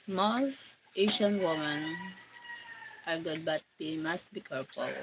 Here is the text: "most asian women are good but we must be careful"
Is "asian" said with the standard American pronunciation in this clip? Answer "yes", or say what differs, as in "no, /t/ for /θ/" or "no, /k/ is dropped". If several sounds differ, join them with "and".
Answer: no, /ʃ/ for /ʒ/